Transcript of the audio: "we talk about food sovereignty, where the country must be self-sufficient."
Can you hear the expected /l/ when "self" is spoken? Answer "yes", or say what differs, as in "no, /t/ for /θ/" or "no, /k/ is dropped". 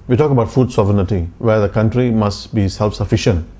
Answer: yes